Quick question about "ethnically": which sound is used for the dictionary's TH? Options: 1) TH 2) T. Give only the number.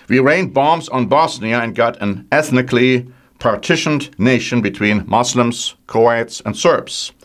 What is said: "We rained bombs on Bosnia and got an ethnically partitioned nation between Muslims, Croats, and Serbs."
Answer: 1